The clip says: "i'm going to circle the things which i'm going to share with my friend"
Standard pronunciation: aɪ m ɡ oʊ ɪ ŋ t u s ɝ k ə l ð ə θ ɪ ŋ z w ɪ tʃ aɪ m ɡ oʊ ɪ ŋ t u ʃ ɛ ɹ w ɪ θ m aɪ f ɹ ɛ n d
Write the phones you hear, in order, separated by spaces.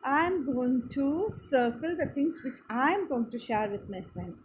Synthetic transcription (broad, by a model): aɪ m ɡ oʊ ɪ ŋ t u s ɝ k ə l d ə t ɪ ŋ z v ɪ tʃ aɪ m ɡ oʊ ɪ ŋ t u ʃ ɛ ɹ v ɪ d m aɪ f ɹ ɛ n d